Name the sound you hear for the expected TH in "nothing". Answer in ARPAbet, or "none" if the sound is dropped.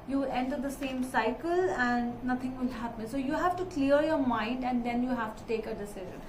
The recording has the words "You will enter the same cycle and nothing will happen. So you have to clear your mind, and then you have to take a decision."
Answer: T